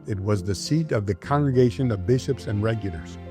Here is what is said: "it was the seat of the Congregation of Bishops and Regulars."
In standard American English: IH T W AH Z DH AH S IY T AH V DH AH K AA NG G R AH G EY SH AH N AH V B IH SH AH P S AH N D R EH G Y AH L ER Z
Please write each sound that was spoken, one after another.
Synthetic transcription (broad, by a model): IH T W AH Z DH AH S IY T AH V DH AH K AA NG G R AH G EY SH AH N AH V B IH SH AH P S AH N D R EH G Y L ER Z